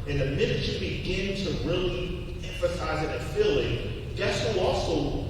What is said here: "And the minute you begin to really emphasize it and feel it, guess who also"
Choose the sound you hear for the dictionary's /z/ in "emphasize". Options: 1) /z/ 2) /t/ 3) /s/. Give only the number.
1